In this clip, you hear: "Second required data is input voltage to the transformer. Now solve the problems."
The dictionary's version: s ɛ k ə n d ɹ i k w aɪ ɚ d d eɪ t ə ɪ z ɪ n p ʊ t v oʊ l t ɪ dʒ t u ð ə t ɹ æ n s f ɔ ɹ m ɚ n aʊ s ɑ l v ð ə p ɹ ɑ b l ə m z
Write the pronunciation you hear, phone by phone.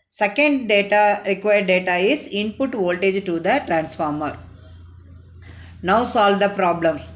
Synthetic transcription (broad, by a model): s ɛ k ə n d ɹ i k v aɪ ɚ d d eɪ t ə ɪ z ɪ n p ʊ t v oʊ l t ɪ dʒ t u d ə t ɹ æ n s f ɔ ɹ m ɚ n aʊ s ɑ l v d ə p ɹ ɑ b l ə m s